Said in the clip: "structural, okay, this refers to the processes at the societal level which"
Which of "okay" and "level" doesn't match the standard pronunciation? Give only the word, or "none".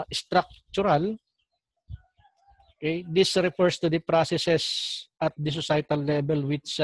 level